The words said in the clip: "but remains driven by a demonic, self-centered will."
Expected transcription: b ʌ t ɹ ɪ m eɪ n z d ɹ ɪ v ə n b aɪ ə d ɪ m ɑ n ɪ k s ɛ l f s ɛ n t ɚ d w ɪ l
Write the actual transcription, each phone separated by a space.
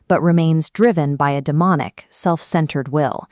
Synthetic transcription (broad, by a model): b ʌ t ɹ ɪ m eɪ n z d ɹ ɪ v ə n b aɪ ə d ɪ m ɑ n ɪ k s ɛ l f s ɛ n t ɚ d w ɪ l